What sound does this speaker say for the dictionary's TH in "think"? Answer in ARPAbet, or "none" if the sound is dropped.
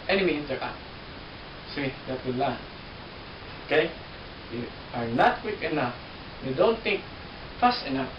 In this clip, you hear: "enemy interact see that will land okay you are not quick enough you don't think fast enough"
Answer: T